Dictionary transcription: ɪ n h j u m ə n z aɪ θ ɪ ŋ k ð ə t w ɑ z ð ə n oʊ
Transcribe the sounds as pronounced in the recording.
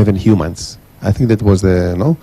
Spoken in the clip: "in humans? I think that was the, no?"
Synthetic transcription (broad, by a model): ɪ n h j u m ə n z aɪ θ ɪ ŋ k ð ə t w ɑ z ð ə n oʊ